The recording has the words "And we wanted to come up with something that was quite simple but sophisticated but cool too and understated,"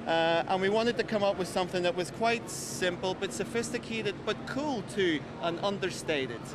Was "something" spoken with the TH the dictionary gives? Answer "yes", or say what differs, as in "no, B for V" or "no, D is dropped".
yes